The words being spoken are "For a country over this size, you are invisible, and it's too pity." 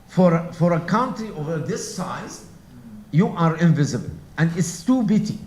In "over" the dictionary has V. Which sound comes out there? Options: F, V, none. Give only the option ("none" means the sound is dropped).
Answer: V